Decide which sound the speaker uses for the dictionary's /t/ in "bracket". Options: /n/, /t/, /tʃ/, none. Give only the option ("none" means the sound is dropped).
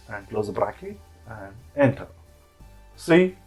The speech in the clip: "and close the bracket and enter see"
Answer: none